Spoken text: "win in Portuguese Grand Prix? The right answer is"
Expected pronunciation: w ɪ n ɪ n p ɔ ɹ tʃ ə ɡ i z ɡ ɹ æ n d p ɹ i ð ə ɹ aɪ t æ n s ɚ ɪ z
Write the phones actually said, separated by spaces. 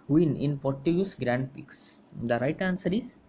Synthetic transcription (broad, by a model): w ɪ n ɪ n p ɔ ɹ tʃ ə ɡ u s ɡ ɹ æ n d p i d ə ɹ aɪ t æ n s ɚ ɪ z